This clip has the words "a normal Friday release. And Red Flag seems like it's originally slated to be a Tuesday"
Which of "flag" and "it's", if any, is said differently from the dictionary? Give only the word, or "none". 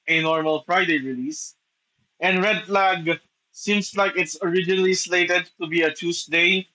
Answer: none